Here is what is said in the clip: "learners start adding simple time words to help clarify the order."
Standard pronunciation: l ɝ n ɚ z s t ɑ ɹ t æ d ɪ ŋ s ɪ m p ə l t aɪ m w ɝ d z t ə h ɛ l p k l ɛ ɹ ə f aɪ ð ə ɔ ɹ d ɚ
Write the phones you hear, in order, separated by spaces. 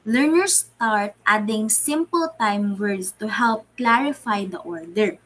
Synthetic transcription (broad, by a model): l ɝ n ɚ s t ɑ ɹ t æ d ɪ ŋ s ɪ m p ə l t aɪ m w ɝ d s t ə h ɛ l p k l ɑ ɹ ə f aɪ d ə ɔ ɹ d ɚ